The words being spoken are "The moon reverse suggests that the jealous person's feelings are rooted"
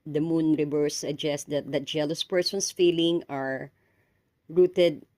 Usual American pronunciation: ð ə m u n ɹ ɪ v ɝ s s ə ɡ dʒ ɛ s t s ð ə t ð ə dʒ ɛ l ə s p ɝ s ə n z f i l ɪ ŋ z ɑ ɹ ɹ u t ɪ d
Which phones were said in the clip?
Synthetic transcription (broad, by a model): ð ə m u n ɹ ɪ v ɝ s s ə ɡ dʒ ɛ s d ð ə t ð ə dʒ ɛ l ə s p ɝ s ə n s f i l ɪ ŋ ɑ ɹ ɹ u t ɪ d